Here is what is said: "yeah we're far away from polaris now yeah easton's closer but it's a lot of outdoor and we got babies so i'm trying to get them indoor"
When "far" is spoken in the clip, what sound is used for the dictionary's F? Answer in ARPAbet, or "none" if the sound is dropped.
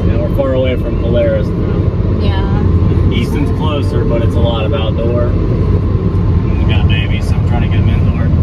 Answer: F